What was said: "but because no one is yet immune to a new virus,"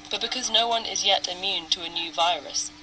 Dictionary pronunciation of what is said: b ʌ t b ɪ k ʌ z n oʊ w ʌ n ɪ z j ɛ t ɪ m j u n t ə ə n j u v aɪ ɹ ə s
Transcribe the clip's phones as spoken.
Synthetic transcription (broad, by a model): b ʌ t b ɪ k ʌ z n oʊ w ʌ n ɪ z j ɛ t ɪ m j u n t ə ə n j u v aɪ ɹ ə s